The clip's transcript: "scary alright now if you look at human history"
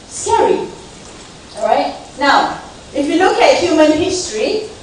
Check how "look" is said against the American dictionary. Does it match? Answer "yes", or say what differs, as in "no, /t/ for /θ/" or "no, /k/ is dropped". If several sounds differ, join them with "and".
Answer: yes